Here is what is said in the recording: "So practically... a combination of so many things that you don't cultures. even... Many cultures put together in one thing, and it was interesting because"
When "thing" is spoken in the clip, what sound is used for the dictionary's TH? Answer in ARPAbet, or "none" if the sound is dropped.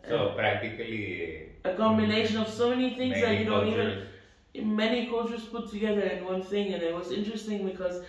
TH